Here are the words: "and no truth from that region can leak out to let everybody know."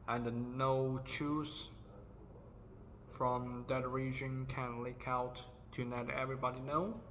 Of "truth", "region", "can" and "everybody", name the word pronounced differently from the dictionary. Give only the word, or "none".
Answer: truth